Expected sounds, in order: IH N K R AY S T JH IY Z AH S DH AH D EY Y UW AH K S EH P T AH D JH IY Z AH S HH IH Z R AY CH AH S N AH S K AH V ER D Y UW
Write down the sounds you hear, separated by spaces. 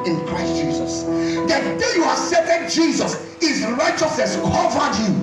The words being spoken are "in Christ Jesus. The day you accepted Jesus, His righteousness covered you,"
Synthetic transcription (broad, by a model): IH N K R AY S T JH IY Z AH S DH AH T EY Y UW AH S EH T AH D JH IY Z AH S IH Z R AY CH AH S N AH S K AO V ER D Y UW